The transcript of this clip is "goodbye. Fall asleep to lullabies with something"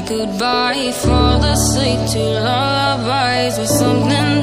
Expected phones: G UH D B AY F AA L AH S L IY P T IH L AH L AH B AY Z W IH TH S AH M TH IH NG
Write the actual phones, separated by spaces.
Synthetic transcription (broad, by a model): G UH D B AY F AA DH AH S IY T IH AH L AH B AY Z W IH S AH M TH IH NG